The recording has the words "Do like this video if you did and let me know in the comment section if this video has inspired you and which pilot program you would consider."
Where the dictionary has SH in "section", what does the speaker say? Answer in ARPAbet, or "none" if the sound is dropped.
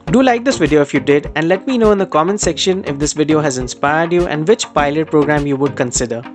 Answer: SH